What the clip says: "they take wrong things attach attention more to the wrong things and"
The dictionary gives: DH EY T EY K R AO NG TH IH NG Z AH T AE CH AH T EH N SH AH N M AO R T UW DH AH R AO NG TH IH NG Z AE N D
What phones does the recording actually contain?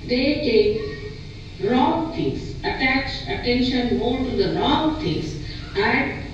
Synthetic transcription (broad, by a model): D EY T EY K R AO NG T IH NG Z AH T AE CH AH T EH N SH AH N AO L T UW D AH R AO NG T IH NG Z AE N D